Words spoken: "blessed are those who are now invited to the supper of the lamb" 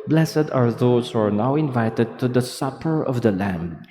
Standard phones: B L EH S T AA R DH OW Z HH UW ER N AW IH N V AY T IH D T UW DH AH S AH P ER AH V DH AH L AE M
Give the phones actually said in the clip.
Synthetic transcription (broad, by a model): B L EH S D AA R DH OW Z HH UW ER N AW IH N V AY T IH D T UW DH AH S AH P ER AH V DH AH L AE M